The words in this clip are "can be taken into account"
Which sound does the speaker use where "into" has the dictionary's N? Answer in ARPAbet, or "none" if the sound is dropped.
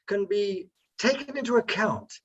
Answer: N